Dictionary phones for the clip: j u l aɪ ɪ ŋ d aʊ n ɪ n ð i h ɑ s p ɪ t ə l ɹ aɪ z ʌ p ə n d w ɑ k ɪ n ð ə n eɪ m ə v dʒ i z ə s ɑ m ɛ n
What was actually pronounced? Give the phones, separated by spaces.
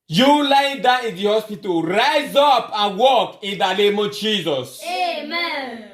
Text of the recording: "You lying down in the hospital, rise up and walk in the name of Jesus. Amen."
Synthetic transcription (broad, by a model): j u l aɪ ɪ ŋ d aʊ ɪ n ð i h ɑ s p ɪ t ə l ɹ aɪ z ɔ p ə n w ɑ k ɪ n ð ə n eɪ m ə v dʒ i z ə s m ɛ